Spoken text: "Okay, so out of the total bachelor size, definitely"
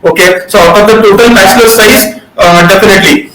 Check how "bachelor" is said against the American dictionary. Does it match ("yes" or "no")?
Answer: no